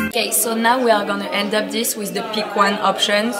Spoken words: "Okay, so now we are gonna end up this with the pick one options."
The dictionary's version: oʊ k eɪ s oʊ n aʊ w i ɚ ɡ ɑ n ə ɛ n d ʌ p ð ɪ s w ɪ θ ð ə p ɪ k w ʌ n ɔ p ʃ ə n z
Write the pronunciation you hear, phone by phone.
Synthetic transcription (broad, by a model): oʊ k eɪ s oʊ n aʊ w i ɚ ɡ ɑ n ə ɛ n d ʌ p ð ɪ s w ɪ ð ə p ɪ k w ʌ n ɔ p ʃ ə n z